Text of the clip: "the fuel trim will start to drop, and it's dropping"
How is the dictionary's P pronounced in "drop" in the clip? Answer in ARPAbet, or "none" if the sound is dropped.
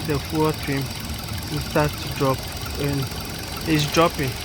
P